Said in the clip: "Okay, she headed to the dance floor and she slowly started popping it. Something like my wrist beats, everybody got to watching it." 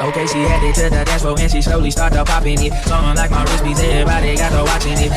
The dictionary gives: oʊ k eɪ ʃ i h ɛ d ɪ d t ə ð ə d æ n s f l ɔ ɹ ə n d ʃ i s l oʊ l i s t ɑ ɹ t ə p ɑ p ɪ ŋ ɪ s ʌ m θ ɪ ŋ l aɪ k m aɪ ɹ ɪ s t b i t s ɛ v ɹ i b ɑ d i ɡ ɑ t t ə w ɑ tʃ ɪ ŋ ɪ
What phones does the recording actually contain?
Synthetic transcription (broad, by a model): oʊ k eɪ ʃ i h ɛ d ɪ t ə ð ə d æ s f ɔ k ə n ʃ i s l oʊ l i s t ɑ ɹ t ə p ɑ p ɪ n ɪ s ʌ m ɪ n l aɪ k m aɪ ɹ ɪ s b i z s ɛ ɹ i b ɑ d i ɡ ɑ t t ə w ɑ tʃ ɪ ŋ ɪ